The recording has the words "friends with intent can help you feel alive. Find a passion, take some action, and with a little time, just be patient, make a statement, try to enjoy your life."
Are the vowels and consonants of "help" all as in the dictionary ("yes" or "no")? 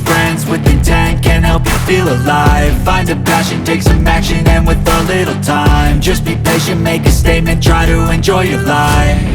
yes